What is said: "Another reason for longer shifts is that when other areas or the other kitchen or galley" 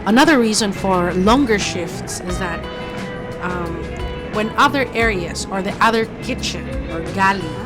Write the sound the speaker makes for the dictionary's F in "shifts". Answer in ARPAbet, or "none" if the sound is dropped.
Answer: F